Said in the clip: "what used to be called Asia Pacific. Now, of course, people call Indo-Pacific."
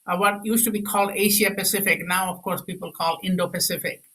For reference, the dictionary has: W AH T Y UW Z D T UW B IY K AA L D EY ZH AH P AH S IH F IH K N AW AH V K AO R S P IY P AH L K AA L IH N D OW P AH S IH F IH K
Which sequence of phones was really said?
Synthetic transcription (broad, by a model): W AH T Y UW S T UW B IY K AA L D EY SH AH P AH S IH F IH K N AW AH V K AO R S P IY P AH L K AA L IH N D OW P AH S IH F IH K